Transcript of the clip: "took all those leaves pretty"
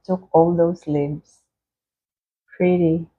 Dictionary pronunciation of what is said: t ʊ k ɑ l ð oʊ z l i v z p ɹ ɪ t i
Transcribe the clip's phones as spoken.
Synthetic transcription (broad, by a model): t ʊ k ɑ l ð oʊ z l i b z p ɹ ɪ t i